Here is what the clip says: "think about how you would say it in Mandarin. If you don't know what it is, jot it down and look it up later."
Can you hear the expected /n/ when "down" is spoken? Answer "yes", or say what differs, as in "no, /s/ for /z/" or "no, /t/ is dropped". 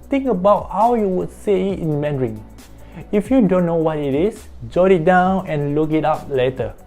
yes